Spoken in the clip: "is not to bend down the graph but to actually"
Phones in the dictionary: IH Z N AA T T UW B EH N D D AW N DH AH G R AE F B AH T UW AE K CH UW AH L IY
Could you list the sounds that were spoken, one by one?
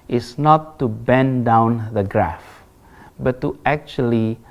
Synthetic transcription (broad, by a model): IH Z N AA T T UW B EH N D D AW N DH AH G R AE F B AH T UW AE K CH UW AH L IY